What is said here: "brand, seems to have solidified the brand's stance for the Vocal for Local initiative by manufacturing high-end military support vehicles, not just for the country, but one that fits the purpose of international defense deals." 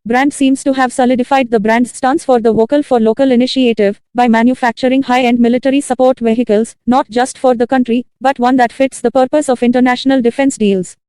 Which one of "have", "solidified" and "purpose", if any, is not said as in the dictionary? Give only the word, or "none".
none